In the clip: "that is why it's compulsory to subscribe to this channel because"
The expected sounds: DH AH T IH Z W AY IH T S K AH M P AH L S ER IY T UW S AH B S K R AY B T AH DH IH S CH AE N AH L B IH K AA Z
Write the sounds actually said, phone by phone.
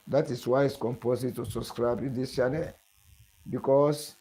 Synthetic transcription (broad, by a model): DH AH T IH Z W AY IH T S K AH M P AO S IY T UW S AH B S K R AY B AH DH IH S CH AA N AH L B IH K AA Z